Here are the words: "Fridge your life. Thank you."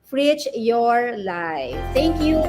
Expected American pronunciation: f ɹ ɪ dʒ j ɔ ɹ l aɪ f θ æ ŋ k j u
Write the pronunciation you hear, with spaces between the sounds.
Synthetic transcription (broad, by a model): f ɹ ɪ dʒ j ɔ ɹ l aɪ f t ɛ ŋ k j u